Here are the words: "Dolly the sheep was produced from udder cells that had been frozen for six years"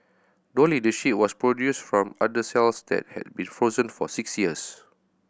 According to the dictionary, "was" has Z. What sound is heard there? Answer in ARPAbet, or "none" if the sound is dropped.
S